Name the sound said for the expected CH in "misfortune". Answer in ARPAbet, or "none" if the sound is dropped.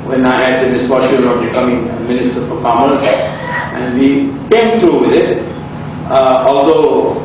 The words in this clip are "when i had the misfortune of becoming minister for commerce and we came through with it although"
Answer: SH